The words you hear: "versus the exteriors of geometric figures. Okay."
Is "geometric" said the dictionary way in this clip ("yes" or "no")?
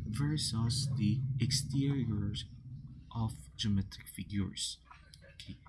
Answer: no